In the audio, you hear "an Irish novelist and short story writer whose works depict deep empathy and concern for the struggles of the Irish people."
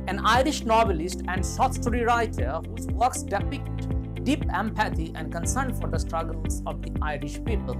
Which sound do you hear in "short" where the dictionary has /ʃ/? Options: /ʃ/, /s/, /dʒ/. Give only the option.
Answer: /s/